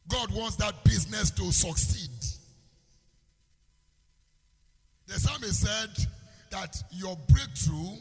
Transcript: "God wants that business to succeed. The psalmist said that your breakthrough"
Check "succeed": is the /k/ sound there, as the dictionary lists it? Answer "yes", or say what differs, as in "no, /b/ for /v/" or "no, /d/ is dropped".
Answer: yes